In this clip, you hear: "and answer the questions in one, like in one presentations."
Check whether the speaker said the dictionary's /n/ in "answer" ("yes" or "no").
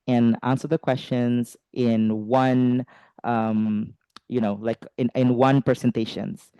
yes